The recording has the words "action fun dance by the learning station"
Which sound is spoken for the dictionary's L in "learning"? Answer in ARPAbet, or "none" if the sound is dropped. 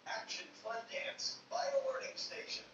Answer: W